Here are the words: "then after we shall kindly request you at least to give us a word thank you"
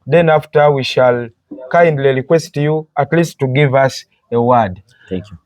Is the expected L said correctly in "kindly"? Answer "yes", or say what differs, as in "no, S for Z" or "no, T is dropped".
yes